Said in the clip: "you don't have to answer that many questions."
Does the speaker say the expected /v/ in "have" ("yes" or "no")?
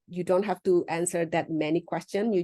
no